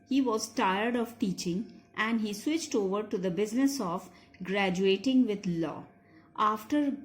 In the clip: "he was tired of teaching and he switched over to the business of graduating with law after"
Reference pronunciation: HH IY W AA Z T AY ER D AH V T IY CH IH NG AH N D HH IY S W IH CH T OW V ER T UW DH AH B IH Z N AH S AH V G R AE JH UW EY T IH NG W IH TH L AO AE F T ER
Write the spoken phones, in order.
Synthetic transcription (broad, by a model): HH IY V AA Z T AY ER D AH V T IY CH IH NG AH N D HH IY S W IH CH T OW V ER T UW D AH B IH Z N AH S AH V G R AE JH UW EY T IH NG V IH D L AO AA F T ER